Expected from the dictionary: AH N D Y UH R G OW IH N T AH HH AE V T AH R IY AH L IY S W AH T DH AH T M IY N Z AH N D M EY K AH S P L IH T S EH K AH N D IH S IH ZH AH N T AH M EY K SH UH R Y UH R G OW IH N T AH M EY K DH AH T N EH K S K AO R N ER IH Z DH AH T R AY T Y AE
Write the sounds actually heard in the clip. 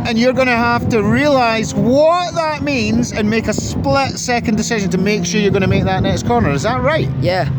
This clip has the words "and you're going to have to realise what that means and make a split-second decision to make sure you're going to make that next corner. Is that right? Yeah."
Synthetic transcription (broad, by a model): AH N Y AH R G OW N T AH HH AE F T AH R IY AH L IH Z W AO T DH AH T M IY N Z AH N M EY K AH S P L IH T S EH K AH N D IH S IH ZH AH N T AH M EY K SH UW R Y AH R G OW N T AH M EY K DH AH T N EH K S K AO R N ER IH Z DH AH T R AY T Y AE